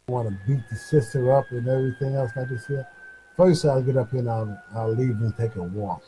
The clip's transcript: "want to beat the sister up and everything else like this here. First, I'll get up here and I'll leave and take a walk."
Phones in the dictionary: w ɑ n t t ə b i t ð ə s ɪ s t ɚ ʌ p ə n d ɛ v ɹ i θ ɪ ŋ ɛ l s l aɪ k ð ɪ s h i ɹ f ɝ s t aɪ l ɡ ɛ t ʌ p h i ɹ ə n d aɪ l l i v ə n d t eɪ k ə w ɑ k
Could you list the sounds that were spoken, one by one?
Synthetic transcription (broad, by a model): w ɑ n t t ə b i t ð ə s ɪ s t ɚ ʌ p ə n ɛ v ɹ i θ ɪ ŋ ɛ l s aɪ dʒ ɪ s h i f ɝ s t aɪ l ɡ ɛ t ʌ p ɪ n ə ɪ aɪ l l i v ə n t eɪ k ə w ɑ